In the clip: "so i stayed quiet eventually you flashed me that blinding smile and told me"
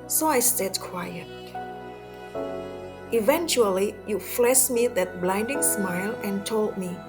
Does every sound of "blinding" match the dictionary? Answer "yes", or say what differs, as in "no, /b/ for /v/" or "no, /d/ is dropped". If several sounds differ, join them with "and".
yes